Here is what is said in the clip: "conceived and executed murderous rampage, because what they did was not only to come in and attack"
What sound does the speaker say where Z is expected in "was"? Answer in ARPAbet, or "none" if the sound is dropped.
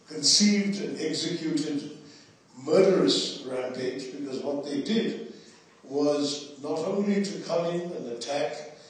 Z